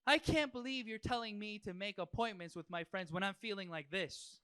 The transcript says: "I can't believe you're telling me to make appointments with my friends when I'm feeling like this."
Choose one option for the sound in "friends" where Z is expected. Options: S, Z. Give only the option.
Z